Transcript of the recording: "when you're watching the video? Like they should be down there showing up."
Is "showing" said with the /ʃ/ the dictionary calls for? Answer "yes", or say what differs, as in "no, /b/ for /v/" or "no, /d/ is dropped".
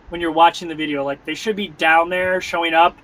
yes